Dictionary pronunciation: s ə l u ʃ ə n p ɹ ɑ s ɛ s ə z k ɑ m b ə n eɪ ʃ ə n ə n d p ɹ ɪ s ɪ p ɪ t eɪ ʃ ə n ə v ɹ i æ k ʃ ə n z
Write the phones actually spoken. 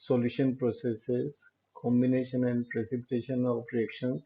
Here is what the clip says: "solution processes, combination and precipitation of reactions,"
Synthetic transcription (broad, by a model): s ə l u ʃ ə n p ɹ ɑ s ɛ s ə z k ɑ m b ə n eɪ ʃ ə n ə n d p ɹ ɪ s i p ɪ t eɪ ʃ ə n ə p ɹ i k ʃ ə n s